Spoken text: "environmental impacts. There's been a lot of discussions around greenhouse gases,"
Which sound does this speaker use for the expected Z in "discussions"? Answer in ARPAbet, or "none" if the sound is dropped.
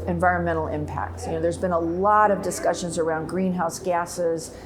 Z